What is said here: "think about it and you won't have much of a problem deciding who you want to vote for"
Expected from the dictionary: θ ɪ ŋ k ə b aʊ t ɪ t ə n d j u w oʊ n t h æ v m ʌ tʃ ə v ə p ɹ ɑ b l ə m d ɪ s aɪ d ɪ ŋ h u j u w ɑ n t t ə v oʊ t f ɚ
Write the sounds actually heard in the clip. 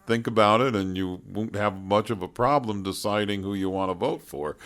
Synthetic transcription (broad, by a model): θ ɪ ŋ k ə b aʊ t ɪ t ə n j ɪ w oʊ n t h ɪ v m ʌ tʃ ə v ə p ɹ ɑ b l ə m d ɪ s aɪ d ɪ ŋ h u j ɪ w ɑ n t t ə v oʊ t f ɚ